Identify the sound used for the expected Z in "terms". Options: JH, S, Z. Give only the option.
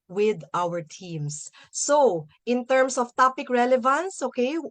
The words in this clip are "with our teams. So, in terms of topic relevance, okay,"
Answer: S